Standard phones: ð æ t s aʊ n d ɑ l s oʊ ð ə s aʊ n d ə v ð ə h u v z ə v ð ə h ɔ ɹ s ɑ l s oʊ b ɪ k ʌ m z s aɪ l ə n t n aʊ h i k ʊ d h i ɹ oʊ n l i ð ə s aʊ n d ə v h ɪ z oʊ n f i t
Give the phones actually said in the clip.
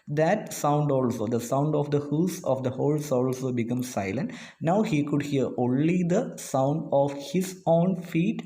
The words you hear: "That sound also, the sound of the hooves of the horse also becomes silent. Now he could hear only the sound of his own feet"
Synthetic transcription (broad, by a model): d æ t s aʊ n d ɑ l s oʊ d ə s aʊ n d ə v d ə h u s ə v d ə h ɔ l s ɑ l s oʊ b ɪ k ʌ m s s aɪ l ə n t n aʊ h i k ʊ d h i ɹ oʊ n l i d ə s aʊ n d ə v h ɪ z oʊ n f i t